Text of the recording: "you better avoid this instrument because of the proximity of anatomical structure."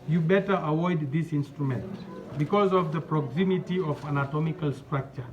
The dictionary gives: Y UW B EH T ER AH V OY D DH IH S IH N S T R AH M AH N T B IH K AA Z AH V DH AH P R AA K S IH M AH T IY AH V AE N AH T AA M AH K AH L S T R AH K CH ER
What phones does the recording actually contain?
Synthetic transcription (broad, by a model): Y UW B EH T ER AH W OY D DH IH S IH N S T R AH M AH N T B IH K AA Z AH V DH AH P R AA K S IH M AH T IY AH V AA N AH T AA M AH K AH L S T R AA K CH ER